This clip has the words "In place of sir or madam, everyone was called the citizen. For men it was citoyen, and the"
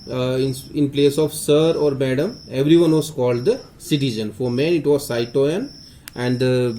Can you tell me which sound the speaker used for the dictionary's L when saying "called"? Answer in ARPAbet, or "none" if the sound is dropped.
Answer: L